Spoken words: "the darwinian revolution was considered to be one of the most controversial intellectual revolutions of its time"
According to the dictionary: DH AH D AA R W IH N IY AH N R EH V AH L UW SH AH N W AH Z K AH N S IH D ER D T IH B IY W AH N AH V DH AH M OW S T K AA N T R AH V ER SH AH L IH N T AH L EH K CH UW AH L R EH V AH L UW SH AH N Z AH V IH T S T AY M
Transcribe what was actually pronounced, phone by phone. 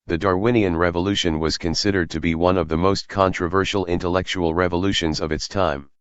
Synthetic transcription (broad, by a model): DH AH D AA R W IH N IY AH N R EH V AH L UW SH AH N W AH Z K AH N S IH D ER D T IH B IY W AH N AH V DH AH M OW S T K AA N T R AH V ER SH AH L IH N T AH L EH K CH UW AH L R EH V AH L UW SH AH N Z AH V IH T S T AY M